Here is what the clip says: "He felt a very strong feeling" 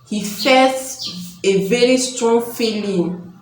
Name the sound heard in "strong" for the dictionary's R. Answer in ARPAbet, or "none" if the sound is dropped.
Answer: R